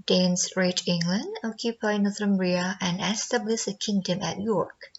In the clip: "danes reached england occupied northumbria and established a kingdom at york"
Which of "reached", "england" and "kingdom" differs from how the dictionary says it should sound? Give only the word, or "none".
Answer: reached